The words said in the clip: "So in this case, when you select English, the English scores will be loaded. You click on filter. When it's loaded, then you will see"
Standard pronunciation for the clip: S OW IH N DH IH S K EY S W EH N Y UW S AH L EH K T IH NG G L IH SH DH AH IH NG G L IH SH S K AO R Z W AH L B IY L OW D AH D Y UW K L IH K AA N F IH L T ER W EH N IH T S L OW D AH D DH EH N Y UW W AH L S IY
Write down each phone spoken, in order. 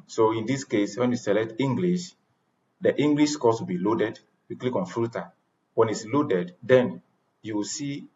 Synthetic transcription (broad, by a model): S OW IH N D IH S K EY S W EH N Y UW S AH L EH T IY NG G L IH SH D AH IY NG G L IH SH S K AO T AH B IY L OW D AH D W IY K L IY K AA N F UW T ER W EH N IH T S L OW D AH D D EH N Y UW W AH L S IY